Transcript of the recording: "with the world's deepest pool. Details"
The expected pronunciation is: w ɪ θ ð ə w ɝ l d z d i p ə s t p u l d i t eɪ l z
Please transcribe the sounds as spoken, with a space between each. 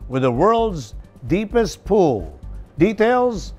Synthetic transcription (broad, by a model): w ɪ ð ə w ɝ l d z d i p ə s t p u l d i t eɪ l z